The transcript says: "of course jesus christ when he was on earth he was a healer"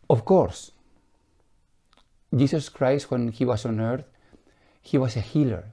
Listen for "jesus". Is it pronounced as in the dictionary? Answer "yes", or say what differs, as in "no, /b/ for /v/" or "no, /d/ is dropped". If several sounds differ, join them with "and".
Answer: no, /s/ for /z/